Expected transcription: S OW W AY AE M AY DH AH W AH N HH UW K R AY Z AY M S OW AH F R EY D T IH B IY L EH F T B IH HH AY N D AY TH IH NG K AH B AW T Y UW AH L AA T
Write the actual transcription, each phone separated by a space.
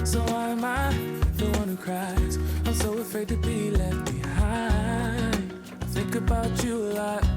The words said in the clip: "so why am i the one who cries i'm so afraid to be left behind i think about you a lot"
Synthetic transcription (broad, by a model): S OW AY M AY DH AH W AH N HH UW K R AY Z AY M S OW AH F R EY D T IH B IY L EH F T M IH HH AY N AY TH IH NG K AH B AW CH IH AH L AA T